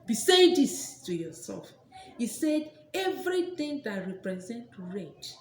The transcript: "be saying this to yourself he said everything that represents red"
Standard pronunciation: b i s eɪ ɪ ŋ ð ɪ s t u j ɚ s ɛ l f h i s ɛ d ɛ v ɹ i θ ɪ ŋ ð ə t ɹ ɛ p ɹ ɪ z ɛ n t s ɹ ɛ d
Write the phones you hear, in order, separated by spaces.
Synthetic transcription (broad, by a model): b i s eɪ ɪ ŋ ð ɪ s t u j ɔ s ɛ l f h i s ɛ d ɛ v ɹ i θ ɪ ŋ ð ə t ɹ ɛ p ɹ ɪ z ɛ n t ɹ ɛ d